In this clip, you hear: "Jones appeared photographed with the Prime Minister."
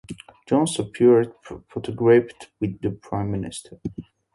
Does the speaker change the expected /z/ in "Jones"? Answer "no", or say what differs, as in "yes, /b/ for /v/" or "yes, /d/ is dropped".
yes, /s/ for /z/